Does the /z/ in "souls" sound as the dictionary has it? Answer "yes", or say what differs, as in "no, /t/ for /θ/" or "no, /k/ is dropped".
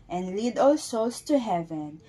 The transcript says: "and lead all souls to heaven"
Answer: no, /s/ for /z/